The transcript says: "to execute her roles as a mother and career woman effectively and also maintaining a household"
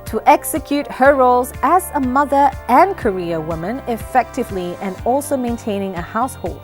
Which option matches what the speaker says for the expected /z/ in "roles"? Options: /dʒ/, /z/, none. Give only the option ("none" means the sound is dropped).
/z/